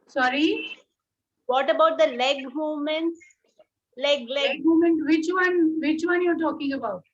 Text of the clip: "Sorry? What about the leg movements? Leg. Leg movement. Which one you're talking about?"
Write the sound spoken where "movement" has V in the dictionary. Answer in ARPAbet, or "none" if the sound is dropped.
none